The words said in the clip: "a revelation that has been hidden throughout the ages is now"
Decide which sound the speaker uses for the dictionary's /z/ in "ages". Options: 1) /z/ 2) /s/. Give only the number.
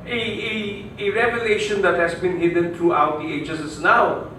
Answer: 2